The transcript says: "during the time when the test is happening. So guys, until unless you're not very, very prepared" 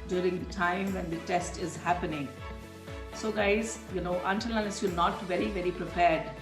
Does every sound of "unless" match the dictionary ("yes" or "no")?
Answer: no